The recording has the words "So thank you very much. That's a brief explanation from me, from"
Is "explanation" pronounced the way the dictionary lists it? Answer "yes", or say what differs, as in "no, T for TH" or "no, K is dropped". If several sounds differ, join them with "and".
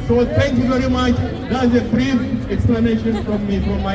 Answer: yes